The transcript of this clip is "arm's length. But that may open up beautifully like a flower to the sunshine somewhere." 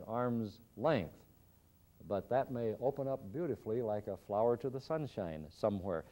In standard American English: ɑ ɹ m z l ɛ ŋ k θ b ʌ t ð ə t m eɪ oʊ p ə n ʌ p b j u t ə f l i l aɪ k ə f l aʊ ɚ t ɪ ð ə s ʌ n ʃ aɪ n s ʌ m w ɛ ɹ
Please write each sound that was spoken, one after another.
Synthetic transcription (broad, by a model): ɑ ɹ m z l ɛ ŋ k θ b ʌ t ð ə t m eɪ oʊ p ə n ʌ p b j u t ə f l i l aɪ k ə f l aʊ ɚ t ɪ ð ə s ʌ n ʃ aɪ n s ʌ m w ɛ ɹ